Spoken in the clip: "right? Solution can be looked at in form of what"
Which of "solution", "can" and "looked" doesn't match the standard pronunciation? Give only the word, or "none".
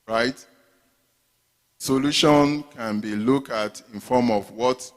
looked